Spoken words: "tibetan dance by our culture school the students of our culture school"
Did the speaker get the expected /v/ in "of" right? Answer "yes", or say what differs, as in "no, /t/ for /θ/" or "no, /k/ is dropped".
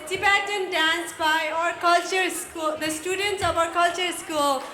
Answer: no, /p/ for /v/